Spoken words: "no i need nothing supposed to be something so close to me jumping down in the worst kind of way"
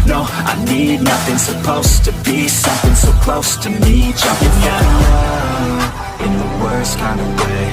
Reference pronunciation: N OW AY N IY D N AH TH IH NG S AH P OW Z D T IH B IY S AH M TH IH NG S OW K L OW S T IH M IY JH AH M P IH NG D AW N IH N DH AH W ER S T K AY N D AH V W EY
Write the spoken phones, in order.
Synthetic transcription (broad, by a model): N OW AY N IY D N AH TH IH NG S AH P OW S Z T IH B IY S AH M TH IH NG S OW K L OW S T IH M IY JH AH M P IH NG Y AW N IH N DH AH W ER S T K AY N D AH V W EY